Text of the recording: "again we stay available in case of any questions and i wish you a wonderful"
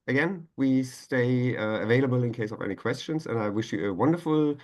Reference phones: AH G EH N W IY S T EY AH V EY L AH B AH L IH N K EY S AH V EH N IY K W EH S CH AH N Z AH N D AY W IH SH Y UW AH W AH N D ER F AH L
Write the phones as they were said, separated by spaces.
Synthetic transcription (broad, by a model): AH G EH N W IY S T EY AH V EY L AH B AH L IH N K EY S AH V EH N IY K W EH S CH AH N Z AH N AY W IH SH Y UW AH W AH N D ER F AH L